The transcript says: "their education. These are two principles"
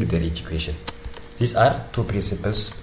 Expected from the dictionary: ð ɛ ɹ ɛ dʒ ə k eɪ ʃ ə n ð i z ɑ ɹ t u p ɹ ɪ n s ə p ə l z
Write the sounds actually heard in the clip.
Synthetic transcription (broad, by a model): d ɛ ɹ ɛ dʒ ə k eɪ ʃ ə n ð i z ɑ ɹ t u p ɹ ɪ n s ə p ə l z